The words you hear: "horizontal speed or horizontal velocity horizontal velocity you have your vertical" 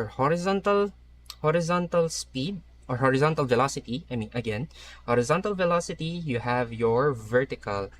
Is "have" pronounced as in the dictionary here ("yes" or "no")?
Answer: yes